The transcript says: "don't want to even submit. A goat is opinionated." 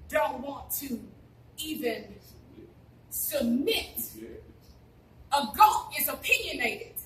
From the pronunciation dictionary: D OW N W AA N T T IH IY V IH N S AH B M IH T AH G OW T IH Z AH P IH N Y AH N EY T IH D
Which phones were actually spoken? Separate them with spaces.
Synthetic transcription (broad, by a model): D OW N W AA N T T IH IY V IH N S AH B M IH T AH G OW IH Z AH P IH N Y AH N EY T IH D